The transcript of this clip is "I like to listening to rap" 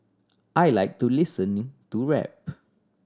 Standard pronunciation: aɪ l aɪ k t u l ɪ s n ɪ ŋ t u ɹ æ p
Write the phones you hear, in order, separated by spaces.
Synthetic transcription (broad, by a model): aɪ l aɪ k t u l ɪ s ɪ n t u ɹ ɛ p